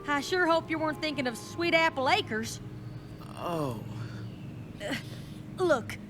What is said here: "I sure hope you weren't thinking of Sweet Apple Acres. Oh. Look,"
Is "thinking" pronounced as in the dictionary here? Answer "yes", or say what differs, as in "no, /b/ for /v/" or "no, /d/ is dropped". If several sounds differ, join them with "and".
yes